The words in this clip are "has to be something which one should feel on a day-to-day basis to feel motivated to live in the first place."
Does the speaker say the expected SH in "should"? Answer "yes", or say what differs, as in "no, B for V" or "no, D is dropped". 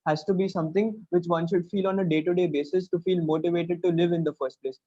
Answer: yes